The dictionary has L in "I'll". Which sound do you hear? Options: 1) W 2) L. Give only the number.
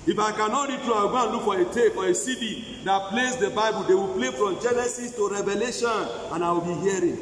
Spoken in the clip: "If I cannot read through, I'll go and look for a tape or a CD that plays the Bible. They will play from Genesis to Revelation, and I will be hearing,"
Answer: 1